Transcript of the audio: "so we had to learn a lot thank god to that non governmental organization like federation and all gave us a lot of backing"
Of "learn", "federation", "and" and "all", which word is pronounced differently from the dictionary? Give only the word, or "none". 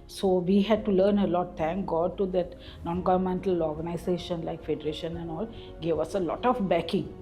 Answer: none